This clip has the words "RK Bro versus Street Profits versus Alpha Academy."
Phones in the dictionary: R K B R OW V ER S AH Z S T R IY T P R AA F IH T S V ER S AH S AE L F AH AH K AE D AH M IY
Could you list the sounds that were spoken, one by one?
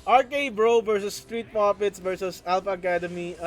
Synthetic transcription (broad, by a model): R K B R OW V ER S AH S T R IY T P AA P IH T S V ER S AH S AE L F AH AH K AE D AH M IY